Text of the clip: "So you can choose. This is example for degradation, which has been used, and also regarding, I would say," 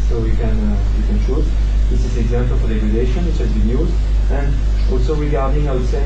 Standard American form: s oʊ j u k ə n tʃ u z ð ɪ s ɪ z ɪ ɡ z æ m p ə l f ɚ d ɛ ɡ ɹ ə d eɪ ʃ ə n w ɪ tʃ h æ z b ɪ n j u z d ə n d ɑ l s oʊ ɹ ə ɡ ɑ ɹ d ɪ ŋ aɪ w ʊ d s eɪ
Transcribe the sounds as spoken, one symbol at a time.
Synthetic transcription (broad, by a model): s oʊ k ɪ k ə n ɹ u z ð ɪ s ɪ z ɪ ɡ z æ m p ə l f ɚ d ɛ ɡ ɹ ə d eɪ ʃ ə n w ɪ tʃ h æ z b ɪ n j u z d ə n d ɑ l s oʊ ɹ ə ɡ ɑ ɹ d ɪ ŋ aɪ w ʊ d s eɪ